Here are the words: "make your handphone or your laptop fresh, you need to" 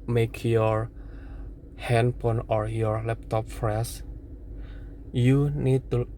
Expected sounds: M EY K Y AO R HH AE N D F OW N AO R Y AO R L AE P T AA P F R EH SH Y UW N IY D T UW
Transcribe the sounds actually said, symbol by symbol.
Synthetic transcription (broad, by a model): M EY K Y AO R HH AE N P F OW N AO R Y AO R L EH P T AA P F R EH S Y UW N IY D T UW